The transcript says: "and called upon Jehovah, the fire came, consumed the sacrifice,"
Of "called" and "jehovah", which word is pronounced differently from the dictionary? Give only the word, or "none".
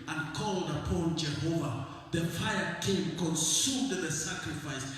none